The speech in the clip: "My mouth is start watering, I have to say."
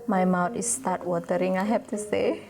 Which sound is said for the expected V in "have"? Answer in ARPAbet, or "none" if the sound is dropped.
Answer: P